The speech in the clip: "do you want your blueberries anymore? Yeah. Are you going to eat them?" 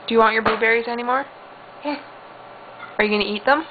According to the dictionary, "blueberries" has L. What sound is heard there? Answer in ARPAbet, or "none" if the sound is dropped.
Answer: none